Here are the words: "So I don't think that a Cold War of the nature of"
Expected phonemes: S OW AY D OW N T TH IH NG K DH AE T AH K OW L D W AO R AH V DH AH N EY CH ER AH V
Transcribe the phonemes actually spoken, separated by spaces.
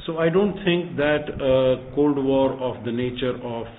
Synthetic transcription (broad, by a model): S OW AY D OW N T T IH NG K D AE T AH K OW L D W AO R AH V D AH N EY CH ER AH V